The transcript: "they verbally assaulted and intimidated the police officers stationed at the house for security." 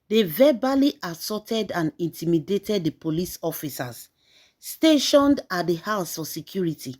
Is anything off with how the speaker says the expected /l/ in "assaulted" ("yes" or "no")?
yes